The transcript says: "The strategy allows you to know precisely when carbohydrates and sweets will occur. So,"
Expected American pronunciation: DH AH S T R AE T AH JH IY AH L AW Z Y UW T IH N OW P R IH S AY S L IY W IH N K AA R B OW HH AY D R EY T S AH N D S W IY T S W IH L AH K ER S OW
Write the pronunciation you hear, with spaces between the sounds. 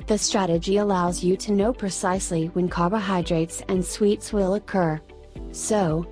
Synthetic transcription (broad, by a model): DH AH S T R AE T AH JH IY AH L AW Z Y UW T IH N OW P R IH S AY S L IY W IH N K AA R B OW HH AY D R EY T S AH N S W IY T S W IH L AH K ER S OW